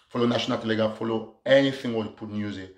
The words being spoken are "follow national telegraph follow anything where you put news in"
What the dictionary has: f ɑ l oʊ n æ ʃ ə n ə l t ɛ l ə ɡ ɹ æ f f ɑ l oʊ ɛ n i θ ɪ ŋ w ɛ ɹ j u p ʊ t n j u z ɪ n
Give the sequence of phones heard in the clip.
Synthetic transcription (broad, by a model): f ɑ l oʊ n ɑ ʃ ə n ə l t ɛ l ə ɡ ɑ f f ɑ l oʊ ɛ n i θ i ŋ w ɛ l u p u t n j u z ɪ